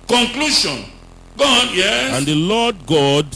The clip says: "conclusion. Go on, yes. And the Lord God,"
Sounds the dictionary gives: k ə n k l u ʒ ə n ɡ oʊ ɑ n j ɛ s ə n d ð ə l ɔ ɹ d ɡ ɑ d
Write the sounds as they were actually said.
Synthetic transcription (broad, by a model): k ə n k l u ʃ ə n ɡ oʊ ɑ n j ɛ ə n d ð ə l ɔ d ɡ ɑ d